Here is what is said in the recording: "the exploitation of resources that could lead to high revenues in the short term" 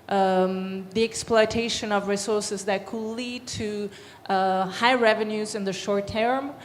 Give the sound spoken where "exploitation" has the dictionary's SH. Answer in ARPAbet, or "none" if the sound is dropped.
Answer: SH